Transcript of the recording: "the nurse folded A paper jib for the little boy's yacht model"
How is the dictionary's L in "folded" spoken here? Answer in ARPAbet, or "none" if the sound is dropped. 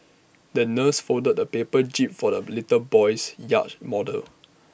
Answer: none